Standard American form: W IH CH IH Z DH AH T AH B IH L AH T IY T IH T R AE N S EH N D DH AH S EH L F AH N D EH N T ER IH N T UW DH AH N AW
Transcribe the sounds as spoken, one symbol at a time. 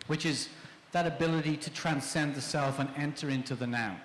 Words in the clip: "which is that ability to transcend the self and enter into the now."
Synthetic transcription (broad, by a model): W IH CH IH Z DH AH T AH B IH L AH T IY T IH T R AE N S EH N DH AH S EH L F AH N EH N T ER IH N T UW DH AH N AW